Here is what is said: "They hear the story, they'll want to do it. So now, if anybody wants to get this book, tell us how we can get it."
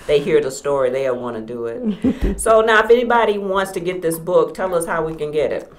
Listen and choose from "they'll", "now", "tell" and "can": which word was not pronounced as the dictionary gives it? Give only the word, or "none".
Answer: they'll